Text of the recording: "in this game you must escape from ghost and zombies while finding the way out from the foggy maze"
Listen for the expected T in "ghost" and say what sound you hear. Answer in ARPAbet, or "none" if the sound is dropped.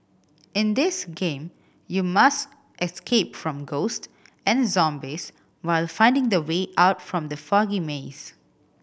T